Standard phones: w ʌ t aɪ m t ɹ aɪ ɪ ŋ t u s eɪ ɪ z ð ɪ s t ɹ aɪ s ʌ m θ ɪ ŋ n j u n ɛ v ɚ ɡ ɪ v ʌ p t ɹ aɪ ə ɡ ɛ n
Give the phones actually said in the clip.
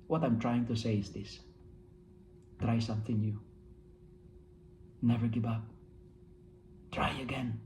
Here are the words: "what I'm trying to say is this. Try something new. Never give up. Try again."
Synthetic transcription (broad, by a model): w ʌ t aɪ m t ɹ aɪ ɪ ŋ t u s eɪ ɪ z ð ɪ s t ɹ aɪ s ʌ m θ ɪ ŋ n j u n ɛ v ɚ ɡ ɪ v ʌ p t ɹ aɪ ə ɡ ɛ n